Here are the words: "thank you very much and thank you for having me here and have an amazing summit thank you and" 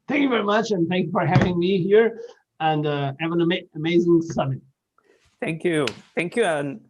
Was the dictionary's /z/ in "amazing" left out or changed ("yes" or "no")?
no